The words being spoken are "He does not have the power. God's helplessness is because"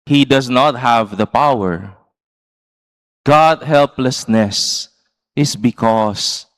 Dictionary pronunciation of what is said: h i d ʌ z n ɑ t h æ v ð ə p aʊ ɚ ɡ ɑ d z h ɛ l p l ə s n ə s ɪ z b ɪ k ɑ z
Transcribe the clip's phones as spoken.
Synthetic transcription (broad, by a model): h i d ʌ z n ɑ t h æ v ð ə p aʊ ɚ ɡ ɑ d h ɛ l p l ə s n ə s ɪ s b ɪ k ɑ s